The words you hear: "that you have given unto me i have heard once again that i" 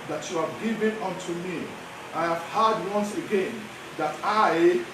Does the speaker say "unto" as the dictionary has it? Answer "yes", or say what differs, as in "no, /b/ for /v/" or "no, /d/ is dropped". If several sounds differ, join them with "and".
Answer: yes